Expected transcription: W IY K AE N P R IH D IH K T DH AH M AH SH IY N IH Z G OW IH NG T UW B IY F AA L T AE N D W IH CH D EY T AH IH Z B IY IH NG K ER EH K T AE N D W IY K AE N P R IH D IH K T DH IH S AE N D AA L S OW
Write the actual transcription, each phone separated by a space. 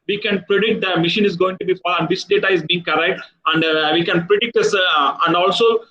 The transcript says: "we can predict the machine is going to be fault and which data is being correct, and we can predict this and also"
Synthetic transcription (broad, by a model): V IY K AE N P R IH D IH K T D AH M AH SH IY N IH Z G OW IH NG T UW B IY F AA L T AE N D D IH S D EY T AH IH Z B IY IH NG K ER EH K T AE N D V IY K AE N P R IH D IH K T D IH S AE N D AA L S OW